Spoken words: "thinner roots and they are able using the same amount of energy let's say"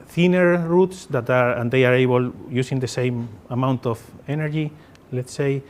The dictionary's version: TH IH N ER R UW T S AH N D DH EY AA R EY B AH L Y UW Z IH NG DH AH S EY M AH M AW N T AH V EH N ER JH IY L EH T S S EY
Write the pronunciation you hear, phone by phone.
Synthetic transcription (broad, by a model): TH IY N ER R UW T S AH N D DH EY AA R EY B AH L Y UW S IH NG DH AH S EY M AH M AW N T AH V EH N ER JH IY L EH T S S EY